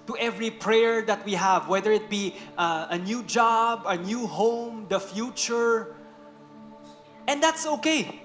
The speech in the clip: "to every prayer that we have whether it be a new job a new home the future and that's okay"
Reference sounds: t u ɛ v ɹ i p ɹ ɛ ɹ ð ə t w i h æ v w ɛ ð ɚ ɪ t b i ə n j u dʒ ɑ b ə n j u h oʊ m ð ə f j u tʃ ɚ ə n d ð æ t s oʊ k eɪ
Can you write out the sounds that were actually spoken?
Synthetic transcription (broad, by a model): t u ɛ v ɹ i p ɹ ɛ ɹ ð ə t w i h æ v w ɛ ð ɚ ɪ t b i ə n j u dʒ ɑ b ə n j u h oʊ m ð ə f j u tʃ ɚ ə n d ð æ t s oʊ k eɪ